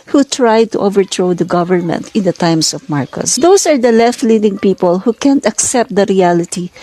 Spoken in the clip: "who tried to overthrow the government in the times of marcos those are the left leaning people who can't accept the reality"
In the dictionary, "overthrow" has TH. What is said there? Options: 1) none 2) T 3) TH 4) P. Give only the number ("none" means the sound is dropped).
2